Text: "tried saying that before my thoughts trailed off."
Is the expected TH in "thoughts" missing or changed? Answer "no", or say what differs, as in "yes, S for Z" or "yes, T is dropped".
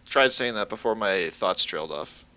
no